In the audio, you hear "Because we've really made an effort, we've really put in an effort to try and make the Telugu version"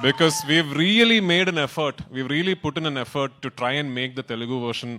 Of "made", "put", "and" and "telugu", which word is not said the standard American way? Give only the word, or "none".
none